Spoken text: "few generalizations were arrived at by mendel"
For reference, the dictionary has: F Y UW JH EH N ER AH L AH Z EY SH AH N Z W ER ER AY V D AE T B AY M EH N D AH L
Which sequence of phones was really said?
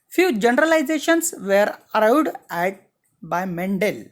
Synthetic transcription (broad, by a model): F Y UW JH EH N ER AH L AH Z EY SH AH N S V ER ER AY W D AE T B AY M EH N D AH L